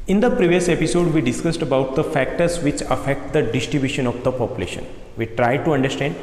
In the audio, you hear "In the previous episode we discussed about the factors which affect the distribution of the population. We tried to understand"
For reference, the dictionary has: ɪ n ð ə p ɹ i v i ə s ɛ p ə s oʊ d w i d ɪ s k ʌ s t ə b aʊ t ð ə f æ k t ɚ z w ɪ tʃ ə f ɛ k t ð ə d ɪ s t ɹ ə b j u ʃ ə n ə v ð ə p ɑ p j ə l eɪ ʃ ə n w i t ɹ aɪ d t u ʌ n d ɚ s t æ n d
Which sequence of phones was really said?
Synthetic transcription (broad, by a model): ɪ n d ə p ɹ i v i ə s ɛ p ə s oʊ d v i d ɪ s k ʌ s t ə b aʊ t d ə f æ k t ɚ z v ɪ tʃ ə f ɛ k t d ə d ɪ s t ɹ ə b j u ʃ ə n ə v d ə p ɑ p j ə l eɪ ʃ ə n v i t ɹ aɪ d t u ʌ n d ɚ s t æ n d